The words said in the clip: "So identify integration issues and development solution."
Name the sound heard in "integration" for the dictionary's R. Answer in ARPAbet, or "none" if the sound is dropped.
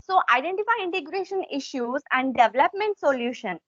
R